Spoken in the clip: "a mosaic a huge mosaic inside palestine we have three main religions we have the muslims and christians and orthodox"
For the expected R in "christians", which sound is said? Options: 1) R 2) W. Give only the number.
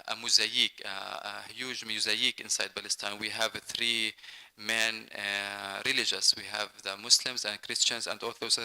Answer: 1